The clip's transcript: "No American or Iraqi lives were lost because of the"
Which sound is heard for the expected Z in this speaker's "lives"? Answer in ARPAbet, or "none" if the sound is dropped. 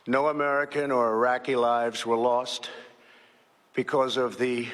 Z